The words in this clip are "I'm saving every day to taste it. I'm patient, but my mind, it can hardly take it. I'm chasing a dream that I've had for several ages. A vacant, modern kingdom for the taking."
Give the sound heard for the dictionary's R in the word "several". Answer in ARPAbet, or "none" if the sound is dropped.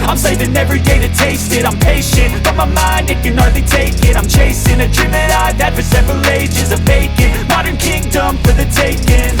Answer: R